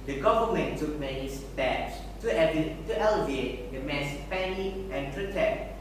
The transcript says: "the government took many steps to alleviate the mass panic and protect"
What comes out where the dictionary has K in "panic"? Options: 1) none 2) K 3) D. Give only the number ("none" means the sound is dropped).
1